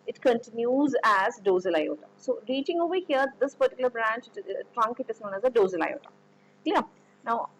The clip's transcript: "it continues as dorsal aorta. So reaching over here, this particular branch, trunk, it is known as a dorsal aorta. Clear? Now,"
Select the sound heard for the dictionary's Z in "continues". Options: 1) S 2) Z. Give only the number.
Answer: 2